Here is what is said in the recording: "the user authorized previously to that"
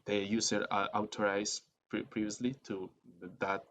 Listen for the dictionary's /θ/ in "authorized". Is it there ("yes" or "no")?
no